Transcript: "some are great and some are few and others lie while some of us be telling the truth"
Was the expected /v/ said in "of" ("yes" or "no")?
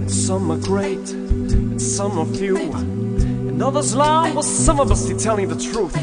no